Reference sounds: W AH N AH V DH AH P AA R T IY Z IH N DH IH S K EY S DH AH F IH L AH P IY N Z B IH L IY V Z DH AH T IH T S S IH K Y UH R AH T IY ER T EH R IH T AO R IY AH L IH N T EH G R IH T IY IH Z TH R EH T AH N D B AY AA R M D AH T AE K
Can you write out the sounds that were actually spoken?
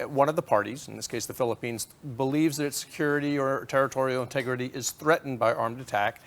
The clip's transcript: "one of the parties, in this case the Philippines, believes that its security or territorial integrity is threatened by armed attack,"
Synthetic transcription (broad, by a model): W AH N AH V DH AH P AA R T IY Z N DH IH S K EY S DH AH F IH L AH P IY N Z B IH L IY V Z DH AH T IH T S S IH K Y UH R AH T IY ER T EH R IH T AO R IY L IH N T EH G R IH T IY IH Z TH R EH T N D B AY AA R M D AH T AE K